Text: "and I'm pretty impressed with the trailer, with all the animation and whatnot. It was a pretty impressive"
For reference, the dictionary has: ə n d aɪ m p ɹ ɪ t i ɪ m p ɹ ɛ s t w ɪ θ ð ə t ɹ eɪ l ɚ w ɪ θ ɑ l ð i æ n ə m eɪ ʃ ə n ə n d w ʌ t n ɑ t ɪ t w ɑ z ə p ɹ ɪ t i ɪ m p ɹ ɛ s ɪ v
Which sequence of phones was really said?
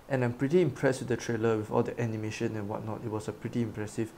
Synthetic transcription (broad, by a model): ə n aɪ m p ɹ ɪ t i ɪ m p ɹ ɛ s t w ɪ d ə t ɹ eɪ l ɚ w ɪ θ ɑ l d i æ n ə m eɪ ʃ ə n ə n w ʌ t n ɑ t ɪ t w ɑ s ə p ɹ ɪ t i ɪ m p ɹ ɛ s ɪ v